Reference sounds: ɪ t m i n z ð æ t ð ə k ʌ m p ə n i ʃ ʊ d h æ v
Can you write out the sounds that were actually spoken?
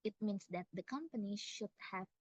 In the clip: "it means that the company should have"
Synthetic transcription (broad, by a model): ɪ t m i n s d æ t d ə k ʌ m p ə n i ʃ ʊ d h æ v